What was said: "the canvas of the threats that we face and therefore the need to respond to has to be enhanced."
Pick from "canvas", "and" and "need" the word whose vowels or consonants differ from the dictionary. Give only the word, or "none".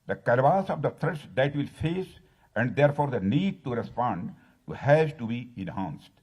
canvas